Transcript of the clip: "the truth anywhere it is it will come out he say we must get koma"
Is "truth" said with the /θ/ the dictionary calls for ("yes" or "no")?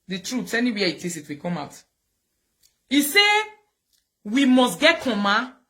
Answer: no